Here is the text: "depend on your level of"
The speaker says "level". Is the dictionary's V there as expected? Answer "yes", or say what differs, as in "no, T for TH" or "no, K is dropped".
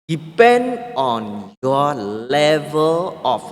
yes